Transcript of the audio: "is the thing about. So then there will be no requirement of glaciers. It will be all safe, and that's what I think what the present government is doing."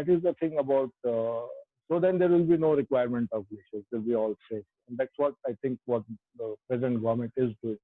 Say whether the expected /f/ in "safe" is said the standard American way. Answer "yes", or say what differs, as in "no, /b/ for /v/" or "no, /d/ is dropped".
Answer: no, /f/ is dropped